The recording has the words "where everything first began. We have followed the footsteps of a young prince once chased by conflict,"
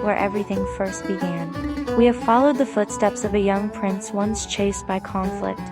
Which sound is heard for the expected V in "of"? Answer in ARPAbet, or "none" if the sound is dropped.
V